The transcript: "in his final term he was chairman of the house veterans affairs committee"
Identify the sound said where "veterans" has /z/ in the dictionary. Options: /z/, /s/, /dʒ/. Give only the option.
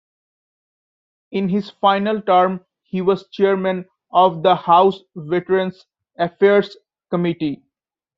/s/